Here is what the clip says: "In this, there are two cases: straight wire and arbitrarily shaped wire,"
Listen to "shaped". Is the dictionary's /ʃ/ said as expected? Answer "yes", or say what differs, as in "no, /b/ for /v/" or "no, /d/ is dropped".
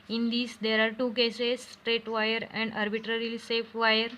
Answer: no, /s/ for /ʃ/